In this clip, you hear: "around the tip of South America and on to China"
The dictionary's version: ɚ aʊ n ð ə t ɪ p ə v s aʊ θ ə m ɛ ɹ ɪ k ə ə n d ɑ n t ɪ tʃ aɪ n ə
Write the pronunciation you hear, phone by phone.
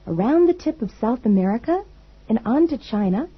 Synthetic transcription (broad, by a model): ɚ aʊ n ð ə t ɪ p ə v s aʊ θ ə m ɛ ɹ ɪ k ə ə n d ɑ n t ɪ tʃ aɪ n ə